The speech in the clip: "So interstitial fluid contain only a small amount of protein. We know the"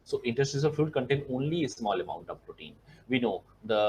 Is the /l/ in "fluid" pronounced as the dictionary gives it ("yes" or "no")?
no